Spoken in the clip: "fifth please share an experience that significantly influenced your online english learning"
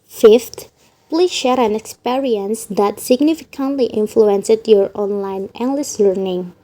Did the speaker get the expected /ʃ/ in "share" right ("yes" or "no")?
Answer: yes